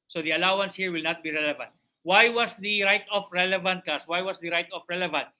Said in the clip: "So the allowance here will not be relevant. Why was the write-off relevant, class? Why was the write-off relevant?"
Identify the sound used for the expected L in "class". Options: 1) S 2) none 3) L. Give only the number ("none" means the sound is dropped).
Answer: 2